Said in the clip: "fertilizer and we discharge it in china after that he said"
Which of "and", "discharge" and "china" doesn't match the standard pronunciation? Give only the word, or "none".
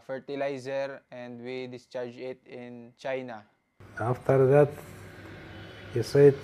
none